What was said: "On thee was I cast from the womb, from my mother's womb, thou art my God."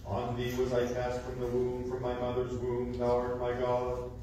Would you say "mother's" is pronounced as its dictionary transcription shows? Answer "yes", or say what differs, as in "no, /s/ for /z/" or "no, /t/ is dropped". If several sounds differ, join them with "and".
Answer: yes